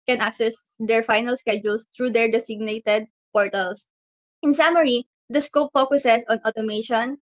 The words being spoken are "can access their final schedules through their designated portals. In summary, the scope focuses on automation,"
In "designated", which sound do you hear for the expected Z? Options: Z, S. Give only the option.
S